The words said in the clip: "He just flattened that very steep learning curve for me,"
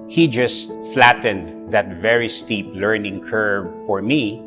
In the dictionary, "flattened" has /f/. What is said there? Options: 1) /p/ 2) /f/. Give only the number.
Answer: 2